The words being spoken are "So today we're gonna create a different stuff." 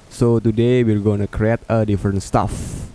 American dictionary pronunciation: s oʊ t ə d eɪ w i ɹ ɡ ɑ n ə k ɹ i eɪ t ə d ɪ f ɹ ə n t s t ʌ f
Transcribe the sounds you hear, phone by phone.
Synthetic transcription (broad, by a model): s oʊ t ə d eɪ w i l ɡ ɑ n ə k ɹ i eɪ t ə d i f ɹ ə n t s t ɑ f